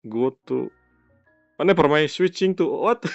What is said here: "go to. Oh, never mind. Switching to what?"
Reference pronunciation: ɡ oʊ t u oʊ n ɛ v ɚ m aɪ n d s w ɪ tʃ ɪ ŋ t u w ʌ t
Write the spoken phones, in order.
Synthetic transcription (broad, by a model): ɡ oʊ t u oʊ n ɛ p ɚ m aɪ s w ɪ tʃ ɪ ŋ t u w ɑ t